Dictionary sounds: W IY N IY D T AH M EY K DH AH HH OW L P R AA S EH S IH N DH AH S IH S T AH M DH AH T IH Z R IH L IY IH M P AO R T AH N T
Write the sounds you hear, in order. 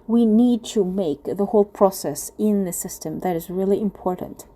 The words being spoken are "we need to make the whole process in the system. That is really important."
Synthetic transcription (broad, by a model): W IY N IY D T AH M EY K DH AH HH OW L P R AA S EH S IH N DH AH S IH S T AH M DH AH T IH Z R IH L IY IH M P AO R T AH N T